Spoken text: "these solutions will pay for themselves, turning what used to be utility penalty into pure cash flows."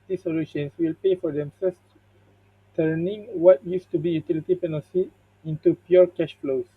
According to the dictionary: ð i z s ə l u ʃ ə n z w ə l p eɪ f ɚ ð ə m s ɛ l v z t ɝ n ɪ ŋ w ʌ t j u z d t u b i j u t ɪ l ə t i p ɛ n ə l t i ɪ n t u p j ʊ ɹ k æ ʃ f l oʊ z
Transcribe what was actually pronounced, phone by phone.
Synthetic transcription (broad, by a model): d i s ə l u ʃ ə n s w ə l p eɪ f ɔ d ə m s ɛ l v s t ɝ n ɪ ŋ w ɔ t j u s t u b i j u t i l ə t i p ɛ n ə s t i n t u p j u ɹ k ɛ ʃ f l oʊ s